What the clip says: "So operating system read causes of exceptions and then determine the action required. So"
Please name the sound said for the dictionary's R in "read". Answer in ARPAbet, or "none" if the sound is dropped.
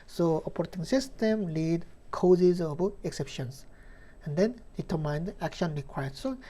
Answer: L